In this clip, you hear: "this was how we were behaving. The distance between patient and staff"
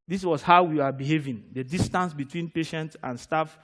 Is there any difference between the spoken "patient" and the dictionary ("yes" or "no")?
no